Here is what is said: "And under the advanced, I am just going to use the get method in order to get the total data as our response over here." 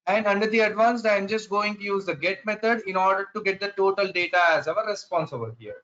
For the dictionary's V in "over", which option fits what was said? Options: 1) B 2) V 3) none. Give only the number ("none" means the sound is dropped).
1